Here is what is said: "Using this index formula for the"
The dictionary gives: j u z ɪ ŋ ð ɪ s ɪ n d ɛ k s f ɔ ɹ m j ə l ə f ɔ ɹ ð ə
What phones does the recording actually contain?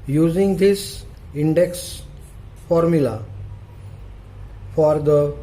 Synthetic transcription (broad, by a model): j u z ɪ ŋ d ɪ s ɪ n d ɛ k s f ɔ ɹ m j ə l ə f ɔ ɹ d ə